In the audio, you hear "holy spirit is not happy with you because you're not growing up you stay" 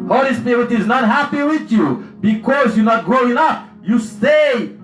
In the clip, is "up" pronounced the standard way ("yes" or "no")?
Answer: no